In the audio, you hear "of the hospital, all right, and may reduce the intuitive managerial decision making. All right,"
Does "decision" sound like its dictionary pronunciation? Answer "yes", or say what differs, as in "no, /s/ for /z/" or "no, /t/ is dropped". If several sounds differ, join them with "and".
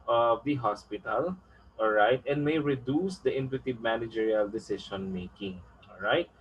no, /ʃ/ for /ʒ/